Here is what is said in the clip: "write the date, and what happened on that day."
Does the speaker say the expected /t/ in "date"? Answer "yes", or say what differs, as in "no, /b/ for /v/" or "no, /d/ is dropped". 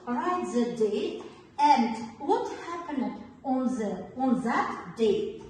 no, /t/ is dropped